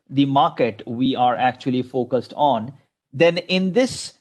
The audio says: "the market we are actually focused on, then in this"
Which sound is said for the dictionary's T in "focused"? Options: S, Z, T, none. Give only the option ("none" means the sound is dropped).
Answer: T